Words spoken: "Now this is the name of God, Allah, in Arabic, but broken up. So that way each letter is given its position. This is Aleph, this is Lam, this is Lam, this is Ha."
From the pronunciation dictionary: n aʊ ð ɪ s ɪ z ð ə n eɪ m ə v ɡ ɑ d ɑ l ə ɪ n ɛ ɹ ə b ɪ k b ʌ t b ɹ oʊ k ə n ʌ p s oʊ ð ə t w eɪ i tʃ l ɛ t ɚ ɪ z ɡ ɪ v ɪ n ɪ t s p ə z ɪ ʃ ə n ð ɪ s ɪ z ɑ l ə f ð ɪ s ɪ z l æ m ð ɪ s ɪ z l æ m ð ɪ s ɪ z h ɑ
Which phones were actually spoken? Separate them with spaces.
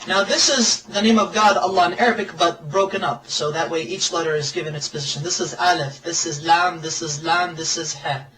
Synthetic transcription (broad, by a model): n aʊ ð ɪ s ɪ z ð ə n eɪ m ə v ɡ ɑ d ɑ l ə ɪ n ɛ ɹ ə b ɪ k b ʌ t b ɹ oʊ k ə n ʌ p s oʊ ð ə t w eɪ i tʃ l ɛ t ɚ ɪ z ɡ ɪ v ɪ n ɪ t s p ə z ɪ ʃ ə n ð ɪ s ɪ z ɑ l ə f ð ɪ s ɪ z l æ m ð ɪ s ɪ z l æ m ð ɪ s ɪ z h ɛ